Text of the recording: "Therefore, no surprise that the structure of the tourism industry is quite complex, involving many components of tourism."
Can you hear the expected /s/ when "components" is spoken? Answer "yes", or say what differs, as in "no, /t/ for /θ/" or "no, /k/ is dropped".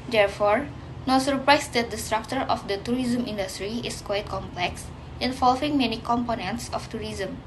yes